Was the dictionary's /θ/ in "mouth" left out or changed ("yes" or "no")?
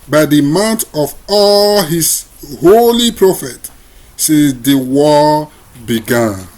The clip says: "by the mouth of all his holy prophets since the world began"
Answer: yes